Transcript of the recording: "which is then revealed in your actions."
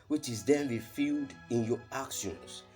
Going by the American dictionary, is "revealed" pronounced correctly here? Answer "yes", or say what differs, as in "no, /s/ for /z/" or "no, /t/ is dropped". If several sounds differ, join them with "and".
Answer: no, /f/ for /v/